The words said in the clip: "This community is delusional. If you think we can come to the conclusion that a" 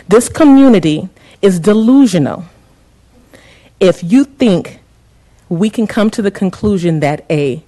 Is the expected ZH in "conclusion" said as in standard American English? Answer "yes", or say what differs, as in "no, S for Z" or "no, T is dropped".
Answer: yes